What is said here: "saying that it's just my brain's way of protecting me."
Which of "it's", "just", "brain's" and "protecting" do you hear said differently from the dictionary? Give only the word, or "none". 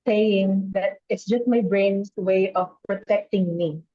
brain's